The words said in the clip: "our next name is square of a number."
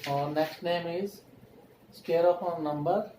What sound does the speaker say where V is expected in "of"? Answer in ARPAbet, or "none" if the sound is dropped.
P